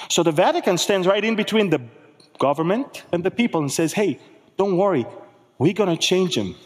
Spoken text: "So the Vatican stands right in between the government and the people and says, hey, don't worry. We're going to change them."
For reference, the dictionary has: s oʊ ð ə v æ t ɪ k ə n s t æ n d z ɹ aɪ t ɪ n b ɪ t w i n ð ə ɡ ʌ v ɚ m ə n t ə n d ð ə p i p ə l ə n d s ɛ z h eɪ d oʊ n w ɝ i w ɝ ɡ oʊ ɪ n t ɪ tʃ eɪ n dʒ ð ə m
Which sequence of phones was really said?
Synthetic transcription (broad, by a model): s oʊ ð ə v æ t ɪ k ə n s t æ n d z ɹ aɪ t ɪ n b ɪ t w i n ð ə ɡ ʌ v ɚ m ə n t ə n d ð ə p i p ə l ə n s ɛ z h eɪ d oʊ n w ɝ i w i ɡ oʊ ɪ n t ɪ tʃ eɪ n dʒ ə m